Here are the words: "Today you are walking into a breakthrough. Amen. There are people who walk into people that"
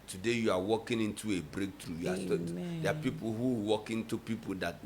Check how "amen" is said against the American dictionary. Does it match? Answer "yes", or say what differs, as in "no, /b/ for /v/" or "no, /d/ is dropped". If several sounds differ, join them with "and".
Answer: no, /m/ is dropped